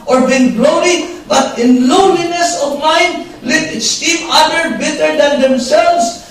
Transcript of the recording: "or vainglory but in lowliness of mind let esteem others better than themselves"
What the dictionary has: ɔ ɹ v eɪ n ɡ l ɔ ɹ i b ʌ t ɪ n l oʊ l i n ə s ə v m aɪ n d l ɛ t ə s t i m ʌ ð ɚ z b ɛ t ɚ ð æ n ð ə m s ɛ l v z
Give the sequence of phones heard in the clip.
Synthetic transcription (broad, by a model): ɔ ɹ b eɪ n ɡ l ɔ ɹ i b ʌ t ɪ n l oʊ l i n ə s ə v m aɪ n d l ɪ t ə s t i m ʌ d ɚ b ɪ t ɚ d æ n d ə m s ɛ l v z